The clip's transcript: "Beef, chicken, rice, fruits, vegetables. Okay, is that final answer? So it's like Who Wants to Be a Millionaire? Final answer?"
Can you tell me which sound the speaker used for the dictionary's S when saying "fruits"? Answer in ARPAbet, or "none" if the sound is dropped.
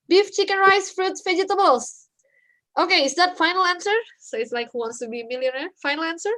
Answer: none